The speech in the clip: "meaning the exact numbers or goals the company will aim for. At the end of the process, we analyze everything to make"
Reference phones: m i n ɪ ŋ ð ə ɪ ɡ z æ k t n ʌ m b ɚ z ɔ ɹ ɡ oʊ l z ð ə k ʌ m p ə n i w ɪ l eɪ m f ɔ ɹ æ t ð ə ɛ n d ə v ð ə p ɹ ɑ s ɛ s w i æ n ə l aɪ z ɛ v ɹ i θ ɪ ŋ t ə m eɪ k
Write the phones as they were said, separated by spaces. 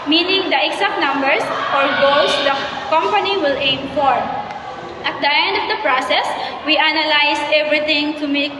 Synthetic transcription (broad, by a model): m i n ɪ ŋ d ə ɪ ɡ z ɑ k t n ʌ m b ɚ s ɔ ɹ ɡ oʊ l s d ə k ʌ m p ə n i w ɪ l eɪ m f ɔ ɹ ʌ t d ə ɛ n d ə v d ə p ɹ ɑ s ɛ s w i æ n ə l aɪ s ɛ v ɹ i t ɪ ŋ t ə m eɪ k